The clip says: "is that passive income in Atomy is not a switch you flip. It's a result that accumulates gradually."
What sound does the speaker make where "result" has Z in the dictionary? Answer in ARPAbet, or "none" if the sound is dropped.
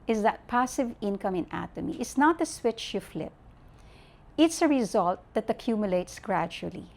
Z